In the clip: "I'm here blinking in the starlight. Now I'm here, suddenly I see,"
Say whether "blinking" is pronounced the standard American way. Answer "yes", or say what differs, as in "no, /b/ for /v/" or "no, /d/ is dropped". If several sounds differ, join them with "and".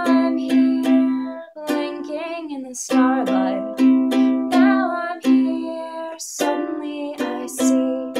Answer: no, /l/ is dropped